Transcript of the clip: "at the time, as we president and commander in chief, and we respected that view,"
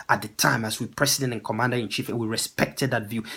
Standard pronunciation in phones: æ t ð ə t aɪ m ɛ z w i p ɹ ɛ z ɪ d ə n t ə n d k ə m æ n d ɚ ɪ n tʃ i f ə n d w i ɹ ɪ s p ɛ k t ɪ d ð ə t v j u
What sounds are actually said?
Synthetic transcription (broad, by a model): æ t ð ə t aɪ m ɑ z w i p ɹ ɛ s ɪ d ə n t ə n k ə m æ n d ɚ ɪ n tʃ i f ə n w i ɹ ɪ s p ɛ k t ɪ d ð ə t v j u